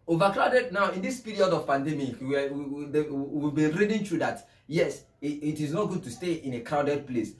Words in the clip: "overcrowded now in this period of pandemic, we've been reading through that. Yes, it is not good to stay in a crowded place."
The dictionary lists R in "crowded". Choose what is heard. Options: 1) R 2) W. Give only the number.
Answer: 1